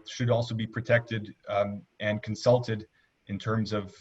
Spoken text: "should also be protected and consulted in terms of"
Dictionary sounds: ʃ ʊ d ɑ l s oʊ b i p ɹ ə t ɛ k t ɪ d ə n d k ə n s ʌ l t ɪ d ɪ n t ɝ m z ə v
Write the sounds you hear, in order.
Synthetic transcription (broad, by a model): ʃ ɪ d ɑ l s oʊ b i p ɹ ə t ɛ k t ɪ d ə n k n s ʌ l t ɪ d ɪ n t ɝ m z ə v